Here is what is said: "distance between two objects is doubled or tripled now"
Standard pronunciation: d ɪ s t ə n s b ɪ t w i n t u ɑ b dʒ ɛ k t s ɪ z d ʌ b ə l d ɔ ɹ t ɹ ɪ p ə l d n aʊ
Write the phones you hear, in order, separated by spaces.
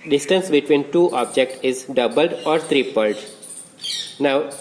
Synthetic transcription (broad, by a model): d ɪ s t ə n s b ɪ t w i n t u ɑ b dʒ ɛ k t ɪ z d ʌ b ə l d ɔ ɹ t ɹ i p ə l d n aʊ